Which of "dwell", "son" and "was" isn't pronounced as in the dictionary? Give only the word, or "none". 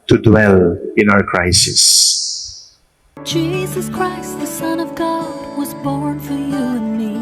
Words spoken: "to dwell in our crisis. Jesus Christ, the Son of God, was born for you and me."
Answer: none